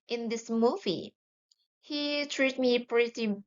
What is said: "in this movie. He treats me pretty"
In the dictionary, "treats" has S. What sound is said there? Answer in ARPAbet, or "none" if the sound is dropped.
none